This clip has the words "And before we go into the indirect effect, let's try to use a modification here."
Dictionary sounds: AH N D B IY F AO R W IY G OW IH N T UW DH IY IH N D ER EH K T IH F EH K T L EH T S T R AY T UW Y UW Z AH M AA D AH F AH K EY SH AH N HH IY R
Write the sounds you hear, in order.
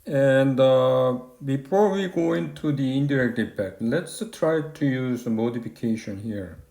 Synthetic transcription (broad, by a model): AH N D B IY F AO R W IY G OW IH N T UW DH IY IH N D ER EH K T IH P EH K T L EH T S T R AY T UW Y UW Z AH M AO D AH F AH K EY SH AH N HH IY R